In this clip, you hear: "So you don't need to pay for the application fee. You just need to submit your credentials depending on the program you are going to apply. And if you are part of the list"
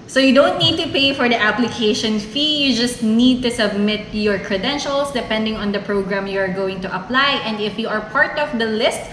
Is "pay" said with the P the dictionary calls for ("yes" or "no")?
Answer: yes